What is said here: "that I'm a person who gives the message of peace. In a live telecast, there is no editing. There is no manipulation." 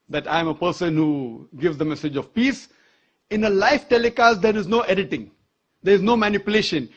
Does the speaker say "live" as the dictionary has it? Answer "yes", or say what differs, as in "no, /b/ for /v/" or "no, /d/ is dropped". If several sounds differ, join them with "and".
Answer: no, /f/ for /v/